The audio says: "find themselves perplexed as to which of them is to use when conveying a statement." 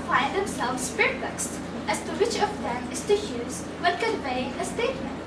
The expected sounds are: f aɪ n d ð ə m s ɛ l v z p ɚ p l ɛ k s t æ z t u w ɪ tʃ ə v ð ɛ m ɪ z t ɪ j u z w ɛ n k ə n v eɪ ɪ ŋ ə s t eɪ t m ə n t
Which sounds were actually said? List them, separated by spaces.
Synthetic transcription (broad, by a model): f aɪ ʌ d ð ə m s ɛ l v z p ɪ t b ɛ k s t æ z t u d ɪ tʃ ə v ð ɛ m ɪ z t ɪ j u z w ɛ l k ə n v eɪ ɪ ə s t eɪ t m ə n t